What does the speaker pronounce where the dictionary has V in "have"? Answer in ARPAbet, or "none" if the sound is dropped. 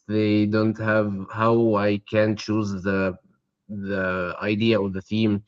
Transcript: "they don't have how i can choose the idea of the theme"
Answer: V